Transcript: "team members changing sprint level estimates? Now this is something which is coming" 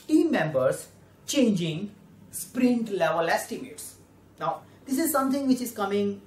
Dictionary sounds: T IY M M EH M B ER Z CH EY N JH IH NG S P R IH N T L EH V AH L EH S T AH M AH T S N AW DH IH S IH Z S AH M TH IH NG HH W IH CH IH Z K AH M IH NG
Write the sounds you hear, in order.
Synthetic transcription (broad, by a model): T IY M M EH M B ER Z CH EY N JH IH NG S P R IH N T L EH V AH L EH S T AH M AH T S N AW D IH S IH Z S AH M T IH NG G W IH CH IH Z K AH M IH NG